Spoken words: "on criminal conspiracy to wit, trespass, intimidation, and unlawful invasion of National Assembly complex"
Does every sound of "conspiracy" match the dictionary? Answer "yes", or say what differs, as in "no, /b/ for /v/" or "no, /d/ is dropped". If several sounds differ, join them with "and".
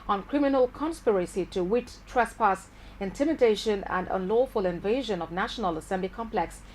yes